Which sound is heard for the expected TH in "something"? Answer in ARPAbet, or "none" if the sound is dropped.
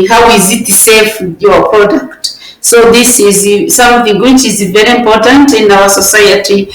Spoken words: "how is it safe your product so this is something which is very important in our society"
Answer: TH